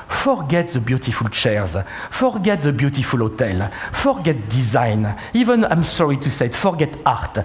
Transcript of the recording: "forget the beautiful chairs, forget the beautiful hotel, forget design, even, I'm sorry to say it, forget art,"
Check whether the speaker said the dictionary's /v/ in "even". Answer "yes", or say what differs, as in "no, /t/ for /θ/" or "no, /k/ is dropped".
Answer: yes